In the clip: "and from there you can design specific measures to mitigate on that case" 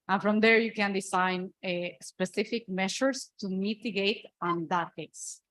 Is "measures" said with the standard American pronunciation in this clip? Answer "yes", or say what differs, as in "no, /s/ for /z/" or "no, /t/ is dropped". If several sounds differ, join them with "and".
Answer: no, /ʃ/ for /ʒ/